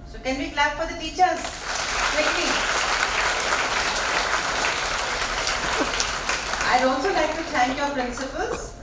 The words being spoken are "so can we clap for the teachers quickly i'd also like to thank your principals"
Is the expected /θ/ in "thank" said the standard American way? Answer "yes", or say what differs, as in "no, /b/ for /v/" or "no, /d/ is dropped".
no, /t/ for /θ/